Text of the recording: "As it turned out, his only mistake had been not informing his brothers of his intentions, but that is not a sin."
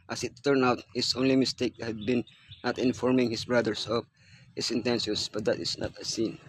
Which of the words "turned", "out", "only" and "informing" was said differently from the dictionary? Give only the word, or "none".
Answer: turned